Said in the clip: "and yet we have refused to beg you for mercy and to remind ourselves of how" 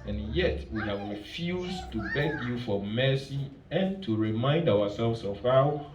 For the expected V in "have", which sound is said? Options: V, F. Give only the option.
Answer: V